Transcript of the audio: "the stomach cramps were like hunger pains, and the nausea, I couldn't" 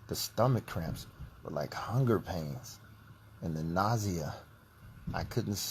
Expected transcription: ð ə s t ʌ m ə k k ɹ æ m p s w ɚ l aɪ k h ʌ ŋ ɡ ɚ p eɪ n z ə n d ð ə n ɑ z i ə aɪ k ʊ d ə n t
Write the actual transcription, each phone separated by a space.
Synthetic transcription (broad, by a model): ð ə s t ʌ m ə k k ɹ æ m p s w ɚ l aɪ k h ʌ ŋ ɡ ɚ p eɪ n z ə n ð ə n ɑ z i ə aɪ k ʊ d n t